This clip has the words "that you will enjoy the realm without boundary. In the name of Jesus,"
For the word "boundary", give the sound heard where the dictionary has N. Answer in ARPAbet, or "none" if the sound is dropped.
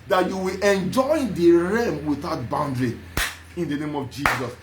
N